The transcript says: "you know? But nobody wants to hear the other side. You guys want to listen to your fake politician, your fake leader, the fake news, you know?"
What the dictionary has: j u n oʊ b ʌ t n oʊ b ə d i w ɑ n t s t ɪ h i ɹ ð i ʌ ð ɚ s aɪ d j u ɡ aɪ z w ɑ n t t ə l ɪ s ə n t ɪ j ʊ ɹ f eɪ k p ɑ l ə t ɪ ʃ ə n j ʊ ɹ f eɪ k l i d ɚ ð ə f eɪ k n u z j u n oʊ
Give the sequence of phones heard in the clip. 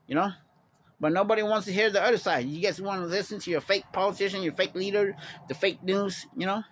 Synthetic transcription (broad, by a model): j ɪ n oʊ b ʌ t n oʊ b ə d i w ɑ n t s t ɪ h i ɹ ð i ʌ ð ɚ s aɪ d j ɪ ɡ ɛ s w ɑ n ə l ɪ s ə n t ɪ j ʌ ɹ f eɪ k p ɑ l ə t ɪ ʃ ə n j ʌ ɹ f eɪ k l i d ɚ ð ə f eɪ k n u z j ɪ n oʊ